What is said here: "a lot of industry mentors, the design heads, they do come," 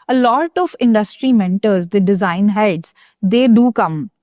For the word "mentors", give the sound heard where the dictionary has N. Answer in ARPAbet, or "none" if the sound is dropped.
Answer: N